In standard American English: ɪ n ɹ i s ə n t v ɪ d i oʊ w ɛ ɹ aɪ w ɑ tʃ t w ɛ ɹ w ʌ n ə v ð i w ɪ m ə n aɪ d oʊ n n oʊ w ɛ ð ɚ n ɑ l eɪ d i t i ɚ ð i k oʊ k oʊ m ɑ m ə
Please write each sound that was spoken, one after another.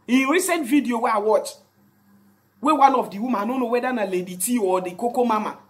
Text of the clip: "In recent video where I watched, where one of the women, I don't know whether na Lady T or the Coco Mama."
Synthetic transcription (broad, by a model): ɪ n ɹ i s ə n t v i d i oʊ w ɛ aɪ w ɑ tʃ w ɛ w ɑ n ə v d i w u m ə aɪ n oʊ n n oʊ w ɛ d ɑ n ɑ l eɪ d i t i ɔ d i k oʊ k oʊ m ɑ m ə